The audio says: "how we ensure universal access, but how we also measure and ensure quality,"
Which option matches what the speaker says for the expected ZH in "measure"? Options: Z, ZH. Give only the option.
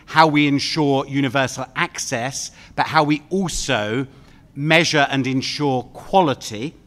ZH